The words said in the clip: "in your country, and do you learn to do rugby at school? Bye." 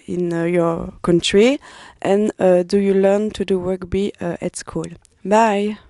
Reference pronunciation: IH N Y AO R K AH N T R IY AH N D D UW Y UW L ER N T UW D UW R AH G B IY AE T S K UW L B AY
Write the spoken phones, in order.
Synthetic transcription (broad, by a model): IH N Y AO R K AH N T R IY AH N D D UW Y UW L ER N T UW D UW W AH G B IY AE T S K UW L B AY